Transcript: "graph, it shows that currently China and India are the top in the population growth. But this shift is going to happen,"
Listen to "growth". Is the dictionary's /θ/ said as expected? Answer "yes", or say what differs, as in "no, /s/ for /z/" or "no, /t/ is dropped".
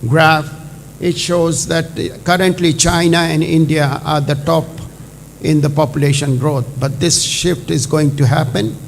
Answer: no, /t/ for /θ/